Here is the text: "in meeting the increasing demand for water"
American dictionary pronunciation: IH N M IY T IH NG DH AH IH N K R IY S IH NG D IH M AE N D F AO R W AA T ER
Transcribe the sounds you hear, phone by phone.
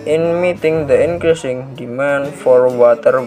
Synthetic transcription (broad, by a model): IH N M IY T IH NG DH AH IH N K R IY S IH NG D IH M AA N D F AO R W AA T ER